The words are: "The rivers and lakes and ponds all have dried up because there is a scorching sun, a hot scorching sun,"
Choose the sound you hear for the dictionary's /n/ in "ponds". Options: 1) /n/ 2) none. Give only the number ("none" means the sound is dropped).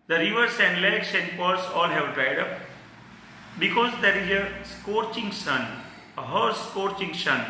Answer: 2